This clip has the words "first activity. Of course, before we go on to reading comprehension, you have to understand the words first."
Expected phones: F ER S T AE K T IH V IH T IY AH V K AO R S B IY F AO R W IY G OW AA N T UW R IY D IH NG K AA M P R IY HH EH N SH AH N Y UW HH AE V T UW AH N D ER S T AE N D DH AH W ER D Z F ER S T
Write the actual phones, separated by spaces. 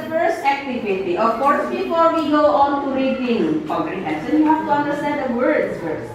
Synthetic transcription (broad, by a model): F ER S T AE K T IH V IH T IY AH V K AO R S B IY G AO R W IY G OW AA N T UW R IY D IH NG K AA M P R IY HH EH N S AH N Y UW HH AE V T UW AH N D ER S T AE N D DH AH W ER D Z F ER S